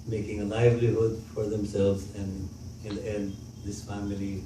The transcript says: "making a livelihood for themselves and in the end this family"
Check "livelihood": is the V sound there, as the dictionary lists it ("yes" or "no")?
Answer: yes